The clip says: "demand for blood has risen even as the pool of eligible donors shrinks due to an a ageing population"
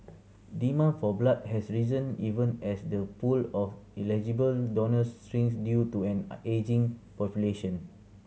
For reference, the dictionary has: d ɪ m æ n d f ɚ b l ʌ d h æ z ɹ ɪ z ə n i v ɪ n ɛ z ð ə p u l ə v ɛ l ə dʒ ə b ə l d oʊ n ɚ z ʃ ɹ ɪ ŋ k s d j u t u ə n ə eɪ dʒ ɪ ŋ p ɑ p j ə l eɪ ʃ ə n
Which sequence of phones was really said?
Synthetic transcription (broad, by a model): d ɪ m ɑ f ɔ b l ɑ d h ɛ s ɹ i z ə n i v ɪ n ɛ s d ə p u l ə f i l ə dʒ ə b ə l d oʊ n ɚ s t ɹ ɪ ŋ s d j u t u ə n eɪ dʒ ɪ ŋ p ɑ p j ə l eɪ ʃ ə n